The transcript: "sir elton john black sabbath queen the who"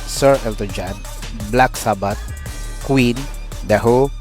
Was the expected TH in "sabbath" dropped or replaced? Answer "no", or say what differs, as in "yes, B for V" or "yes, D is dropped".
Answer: yes, T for TH